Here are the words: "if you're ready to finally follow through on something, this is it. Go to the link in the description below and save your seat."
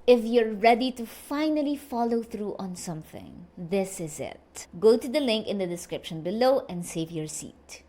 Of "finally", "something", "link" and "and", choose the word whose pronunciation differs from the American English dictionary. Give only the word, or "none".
none